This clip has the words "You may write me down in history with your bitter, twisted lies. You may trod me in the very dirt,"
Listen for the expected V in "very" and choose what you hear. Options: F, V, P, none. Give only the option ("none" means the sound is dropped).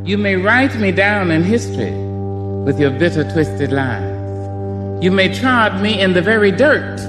V